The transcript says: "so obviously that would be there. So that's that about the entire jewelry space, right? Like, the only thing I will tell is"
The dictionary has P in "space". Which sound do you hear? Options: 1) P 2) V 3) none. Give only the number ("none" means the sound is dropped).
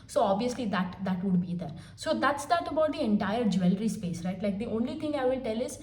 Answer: 1